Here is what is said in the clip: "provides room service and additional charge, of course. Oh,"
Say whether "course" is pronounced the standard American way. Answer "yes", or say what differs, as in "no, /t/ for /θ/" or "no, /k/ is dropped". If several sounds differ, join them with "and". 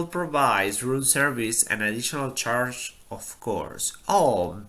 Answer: yes